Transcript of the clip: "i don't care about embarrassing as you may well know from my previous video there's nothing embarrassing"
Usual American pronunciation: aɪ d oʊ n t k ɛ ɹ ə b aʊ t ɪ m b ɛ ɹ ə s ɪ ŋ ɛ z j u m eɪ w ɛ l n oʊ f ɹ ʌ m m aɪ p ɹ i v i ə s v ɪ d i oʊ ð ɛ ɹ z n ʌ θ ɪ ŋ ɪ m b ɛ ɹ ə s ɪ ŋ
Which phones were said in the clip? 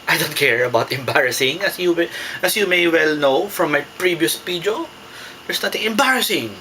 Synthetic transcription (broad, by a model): aɪ d oʊ n t k ɛ ɹ ə b aʊ t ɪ m b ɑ ɹ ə s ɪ ŋ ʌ s j u m eɪ w ɛ l n oʊ f ɹ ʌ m m aɪ p ɹ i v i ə s p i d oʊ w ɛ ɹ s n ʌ t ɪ ŋ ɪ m b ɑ ɹ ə s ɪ ŋ